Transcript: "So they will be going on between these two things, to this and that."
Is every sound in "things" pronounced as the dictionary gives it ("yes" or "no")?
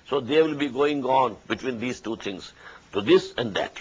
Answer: no